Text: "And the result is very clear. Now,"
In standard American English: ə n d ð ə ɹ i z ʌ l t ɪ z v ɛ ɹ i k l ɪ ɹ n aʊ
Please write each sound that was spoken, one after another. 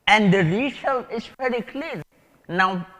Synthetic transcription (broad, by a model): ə n d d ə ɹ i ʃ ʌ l ɪ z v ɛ ɹ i k l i ɹ n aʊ